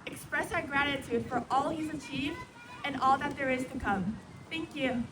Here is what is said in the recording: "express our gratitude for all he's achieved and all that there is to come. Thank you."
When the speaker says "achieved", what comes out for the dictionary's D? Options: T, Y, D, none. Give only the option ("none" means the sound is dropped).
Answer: D